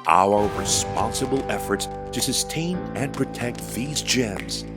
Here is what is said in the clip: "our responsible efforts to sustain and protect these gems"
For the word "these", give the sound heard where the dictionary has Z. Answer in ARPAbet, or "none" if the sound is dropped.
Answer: Z